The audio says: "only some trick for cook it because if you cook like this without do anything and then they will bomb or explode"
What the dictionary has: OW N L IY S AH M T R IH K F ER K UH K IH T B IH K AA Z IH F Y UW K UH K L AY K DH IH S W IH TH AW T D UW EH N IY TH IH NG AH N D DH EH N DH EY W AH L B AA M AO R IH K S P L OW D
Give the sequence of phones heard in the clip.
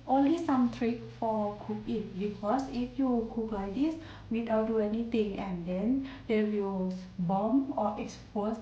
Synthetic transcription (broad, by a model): OW N L IY S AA M T R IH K F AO K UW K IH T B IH K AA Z IH F Y UW K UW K L AY K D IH S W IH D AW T D UW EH N IY T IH NG AH N D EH N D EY W AH L B AA M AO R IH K S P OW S